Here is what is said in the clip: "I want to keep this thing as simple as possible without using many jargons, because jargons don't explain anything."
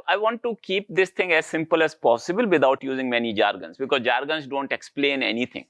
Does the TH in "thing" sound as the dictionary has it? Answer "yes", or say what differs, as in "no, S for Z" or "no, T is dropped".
no, T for TH